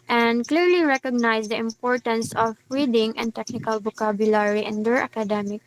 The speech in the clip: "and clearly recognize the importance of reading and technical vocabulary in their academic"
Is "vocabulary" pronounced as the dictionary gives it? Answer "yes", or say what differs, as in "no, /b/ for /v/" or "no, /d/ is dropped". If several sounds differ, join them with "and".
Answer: no, /b/ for /v/